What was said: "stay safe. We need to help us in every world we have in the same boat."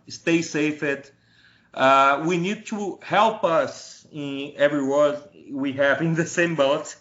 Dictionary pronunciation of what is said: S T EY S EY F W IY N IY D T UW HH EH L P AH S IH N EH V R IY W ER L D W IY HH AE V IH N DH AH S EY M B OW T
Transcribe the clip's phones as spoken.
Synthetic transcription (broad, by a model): S T EY S EY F W IY N IY D T UW HH EH L P AH S IH N EH V R IY W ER D W IY HH AE V IH N DH AH S EY M B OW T